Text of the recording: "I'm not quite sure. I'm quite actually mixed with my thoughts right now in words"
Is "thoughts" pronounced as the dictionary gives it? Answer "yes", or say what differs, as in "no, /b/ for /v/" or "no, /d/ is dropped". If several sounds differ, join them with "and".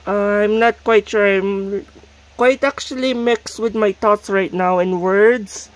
no, /t/ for /θ/